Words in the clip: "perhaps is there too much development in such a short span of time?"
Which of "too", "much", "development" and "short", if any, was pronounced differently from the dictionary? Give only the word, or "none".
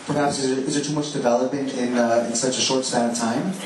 development